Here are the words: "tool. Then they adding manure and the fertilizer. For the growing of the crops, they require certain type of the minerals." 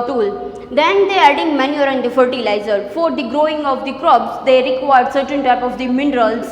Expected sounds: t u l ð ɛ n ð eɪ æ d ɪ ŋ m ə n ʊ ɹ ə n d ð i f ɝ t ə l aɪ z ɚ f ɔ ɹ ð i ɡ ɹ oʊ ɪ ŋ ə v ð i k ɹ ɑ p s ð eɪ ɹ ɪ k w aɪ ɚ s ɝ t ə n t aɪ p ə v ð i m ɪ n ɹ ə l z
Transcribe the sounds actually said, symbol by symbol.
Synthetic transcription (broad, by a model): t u l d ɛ n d eɪ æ d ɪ ŋ m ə n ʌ ɹ ə n d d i f ɝ t ə l aɪ z ɚ f ɔ ɹ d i ɡ ɹ oʊ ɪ ŋ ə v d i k ɹ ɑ b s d eɪ ɹ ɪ k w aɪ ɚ s ɝ t ə n t aɪ p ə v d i m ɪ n ɹ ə l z